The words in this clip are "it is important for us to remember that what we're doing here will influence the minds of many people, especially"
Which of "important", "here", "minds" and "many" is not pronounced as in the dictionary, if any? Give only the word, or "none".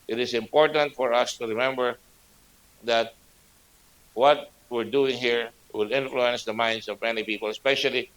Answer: minds